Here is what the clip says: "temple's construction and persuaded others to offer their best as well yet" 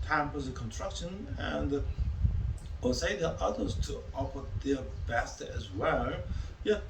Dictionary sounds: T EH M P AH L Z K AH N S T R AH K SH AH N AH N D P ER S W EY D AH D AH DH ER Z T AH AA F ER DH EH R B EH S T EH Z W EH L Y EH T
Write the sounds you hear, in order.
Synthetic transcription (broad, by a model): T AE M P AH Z K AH N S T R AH K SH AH N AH N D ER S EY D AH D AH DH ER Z T AH AA F ER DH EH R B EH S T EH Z W EH L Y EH